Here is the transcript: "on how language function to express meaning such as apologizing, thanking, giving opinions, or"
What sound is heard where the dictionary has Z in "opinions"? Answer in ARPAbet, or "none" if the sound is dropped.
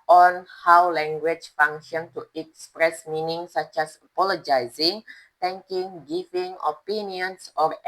S